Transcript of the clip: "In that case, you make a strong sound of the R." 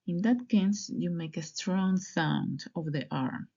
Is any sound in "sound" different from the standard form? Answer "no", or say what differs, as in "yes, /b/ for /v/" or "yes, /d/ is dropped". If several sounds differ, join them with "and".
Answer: no